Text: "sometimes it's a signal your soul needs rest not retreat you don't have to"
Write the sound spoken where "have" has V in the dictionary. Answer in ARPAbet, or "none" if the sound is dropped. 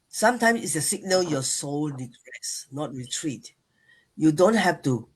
F